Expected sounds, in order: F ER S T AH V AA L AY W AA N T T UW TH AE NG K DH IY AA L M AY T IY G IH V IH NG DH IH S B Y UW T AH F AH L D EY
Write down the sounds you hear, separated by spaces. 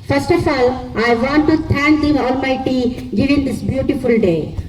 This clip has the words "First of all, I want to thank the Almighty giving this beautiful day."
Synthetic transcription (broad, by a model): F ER S T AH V AA L AY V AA N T T UW T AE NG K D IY AA L M AY T IY G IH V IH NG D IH S B Y UW T AH F AH L D EY